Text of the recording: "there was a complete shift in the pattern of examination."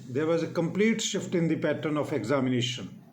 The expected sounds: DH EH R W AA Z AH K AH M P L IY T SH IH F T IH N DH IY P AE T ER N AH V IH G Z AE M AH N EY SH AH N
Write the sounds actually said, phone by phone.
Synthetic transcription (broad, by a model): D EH R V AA Z AH K AH M P L IY T SH IH F T IH N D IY P AE T ER N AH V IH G Z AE M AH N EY SH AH N